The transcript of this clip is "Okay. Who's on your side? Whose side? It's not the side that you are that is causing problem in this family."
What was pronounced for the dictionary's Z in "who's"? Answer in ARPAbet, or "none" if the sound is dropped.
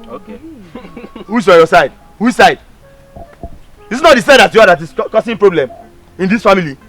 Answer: S